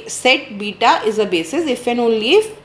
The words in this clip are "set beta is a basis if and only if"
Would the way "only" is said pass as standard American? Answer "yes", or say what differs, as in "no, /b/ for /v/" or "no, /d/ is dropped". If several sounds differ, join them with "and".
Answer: no, /n/ is dropped